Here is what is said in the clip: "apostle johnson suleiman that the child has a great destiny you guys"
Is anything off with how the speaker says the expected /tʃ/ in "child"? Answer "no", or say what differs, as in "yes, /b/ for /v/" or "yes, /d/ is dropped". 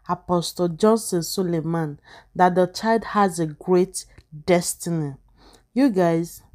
no